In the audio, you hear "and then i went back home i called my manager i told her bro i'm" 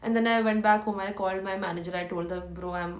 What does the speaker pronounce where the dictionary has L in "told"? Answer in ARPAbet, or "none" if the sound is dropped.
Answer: L